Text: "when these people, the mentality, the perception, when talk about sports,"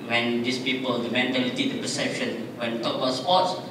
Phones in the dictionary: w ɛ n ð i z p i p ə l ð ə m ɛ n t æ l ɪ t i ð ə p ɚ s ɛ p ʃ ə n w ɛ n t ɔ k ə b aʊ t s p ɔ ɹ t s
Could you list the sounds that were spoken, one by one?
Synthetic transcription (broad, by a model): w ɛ n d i s p i p ə l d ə m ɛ n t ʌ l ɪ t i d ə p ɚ s ɛ p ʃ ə n w ɛ n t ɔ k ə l s p ɔ t s